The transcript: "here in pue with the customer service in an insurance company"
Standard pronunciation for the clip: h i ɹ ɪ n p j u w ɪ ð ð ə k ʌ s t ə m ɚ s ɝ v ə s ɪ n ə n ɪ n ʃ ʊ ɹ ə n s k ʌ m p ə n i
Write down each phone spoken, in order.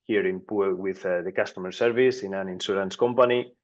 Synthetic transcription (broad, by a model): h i ɹ ɪ n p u w ɪ ð ð ə k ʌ s t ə m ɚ s ɝ v ə s ɪ n ə n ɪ n s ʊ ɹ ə n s k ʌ m p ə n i